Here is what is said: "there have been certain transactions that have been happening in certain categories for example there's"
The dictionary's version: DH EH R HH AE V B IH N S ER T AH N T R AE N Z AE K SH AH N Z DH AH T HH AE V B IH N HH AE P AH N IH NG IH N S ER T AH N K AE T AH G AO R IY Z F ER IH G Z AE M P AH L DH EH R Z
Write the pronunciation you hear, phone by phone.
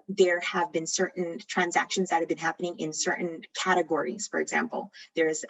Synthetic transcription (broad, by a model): DH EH R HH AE V B IH N S ER T N T R AE N Z AE K SH AH N Z DH AH T HH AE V B IH N HH AE P AH N IH NG IH N S ER T N K AE T AH G AO R IY Z F ER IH G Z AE M P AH L DH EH R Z